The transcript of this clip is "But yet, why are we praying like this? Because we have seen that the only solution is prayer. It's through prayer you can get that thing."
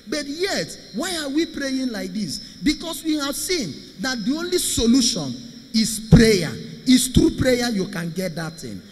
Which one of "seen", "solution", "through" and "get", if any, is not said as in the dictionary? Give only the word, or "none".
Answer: through